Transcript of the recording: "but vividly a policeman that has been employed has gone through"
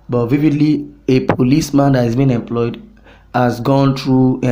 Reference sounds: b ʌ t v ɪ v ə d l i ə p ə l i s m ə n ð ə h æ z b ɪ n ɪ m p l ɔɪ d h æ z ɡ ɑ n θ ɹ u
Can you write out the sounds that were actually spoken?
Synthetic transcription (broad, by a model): b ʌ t v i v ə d l i ə p ə l i s m ə n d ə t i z b ɪ n ɪ m p l ɔɪ d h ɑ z ɡ ɑ n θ ɹ u